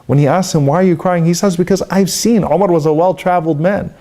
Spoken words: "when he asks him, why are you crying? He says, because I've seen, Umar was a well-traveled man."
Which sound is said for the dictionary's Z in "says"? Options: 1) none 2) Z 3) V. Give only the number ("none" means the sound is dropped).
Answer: 2